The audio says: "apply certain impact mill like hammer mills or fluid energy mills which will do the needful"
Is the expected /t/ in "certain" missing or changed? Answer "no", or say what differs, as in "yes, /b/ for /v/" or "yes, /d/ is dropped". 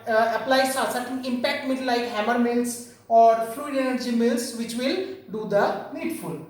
yes, /s/ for /t/